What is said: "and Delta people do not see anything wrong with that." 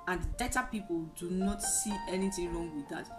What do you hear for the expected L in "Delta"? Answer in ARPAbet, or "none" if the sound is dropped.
none